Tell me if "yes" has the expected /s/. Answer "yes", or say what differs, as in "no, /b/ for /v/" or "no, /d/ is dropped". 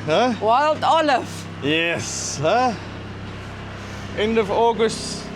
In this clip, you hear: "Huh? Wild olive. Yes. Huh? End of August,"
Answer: yes